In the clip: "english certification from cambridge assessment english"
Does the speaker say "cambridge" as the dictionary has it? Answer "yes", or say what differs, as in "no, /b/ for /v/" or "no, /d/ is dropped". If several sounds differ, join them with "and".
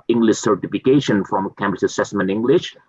no, /tʃ/ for /dʒ/